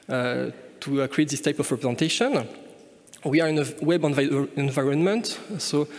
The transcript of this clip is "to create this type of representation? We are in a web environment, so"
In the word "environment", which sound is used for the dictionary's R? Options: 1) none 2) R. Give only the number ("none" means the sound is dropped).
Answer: 2